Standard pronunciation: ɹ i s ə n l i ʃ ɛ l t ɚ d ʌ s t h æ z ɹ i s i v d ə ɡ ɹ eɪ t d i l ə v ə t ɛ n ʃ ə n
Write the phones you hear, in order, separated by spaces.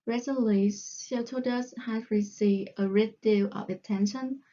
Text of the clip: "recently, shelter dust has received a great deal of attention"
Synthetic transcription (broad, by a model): ɹ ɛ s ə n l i s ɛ t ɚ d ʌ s h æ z ɹ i s i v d ə ɹ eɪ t d i l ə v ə t ɛ n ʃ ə n